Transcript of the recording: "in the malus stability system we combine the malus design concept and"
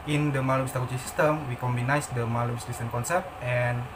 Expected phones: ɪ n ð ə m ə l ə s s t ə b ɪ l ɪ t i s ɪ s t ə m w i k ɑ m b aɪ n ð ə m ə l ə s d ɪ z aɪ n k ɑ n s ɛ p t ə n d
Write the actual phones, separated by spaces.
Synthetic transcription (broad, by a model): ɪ n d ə m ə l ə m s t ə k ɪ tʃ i s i s t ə m w i k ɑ m b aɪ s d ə m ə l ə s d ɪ s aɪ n k ɑ n s ɛ p t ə n